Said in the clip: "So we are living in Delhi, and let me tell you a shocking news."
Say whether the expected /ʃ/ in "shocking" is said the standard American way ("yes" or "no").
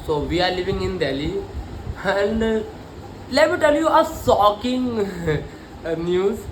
no